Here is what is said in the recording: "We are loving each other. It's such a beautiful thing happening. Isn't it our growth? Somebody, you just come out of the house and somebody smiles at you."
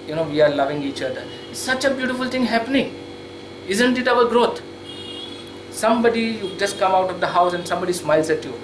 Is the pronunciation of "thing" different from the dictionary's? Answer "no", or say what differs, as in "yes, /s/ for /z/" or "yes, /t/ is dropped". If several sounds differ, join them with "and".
yes, /t/ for /θ/